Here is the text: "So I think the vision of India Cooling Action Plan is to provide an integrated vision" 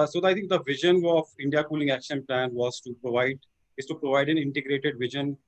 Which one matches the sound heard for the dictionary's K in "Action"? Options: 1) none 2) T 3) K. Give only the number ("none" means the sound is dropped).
3